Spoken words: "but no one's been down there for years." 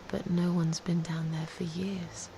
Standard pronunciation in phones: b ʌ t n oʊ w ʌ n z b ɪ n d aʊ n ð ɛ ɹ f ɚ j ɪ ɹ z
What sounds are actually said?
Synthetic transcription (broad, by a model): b ʌ t n oʊ w ʌ n z b ɪ n d aʊ n ð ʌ ɹ f ɚ j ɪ ɹ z